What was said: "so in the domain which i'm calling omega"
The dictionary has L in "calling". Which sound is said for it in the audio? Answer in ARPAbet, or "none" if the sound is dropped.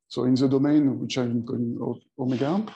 none